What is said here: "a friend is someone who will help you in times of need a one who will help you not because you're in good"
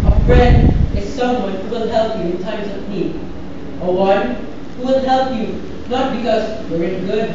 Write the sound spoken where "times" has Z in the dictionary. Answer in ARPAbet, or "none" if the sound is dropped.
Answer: S